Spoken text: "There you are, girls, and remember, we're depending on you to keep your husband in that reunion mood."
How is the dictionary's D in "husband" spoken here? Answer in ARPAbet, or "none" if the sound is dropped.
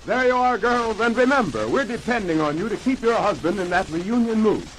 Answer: D